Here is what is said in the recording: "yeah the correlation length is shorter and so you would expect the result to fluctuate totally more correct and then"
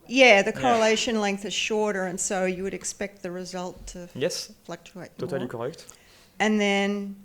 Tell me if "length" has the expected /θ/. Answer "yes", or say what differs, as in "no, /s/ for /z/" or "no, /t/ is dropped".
yes